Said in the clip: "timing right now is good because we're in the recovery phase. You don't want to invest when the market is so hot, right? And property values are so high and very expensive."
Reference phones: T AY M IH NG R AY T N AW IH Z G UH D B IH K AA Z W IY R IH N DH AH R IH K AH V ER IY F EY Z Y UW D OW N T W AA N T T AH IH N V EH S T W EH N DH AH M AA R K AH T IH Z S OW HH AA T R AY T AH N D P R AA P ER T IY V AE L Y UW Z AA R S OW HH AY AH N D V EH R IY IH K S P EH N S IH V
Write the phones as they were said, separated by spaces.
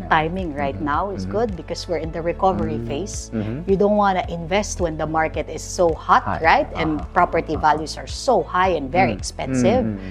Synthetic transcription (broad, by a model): T AY M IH NG R AY T N AW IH S G UH D B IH K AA S W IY R IH N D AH R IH K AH V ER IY F EY S Y UW D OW N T W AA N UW T IH N V EH S T W EH N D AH M AA R K AH T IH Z S OW HH AA T R AY T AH N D P R AA P ER T IY V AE L Y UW S AA R S OW HH AY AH N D V EH R IY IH K S P EH N S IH V